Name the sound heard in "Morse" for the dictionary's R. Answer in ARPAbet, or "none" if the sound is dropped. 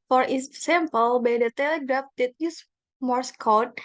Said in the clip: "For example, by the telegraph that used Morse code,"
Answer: R